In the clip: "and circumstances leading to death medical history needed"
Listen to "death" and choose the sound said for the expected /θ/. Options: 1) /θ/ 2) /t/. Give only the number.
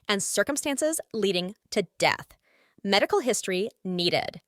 1